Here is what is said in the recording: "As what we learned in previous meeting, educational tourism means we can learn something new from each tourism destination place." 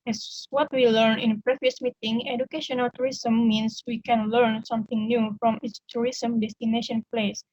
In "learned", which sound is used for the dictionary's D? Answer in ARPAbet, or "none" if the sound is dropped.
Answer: none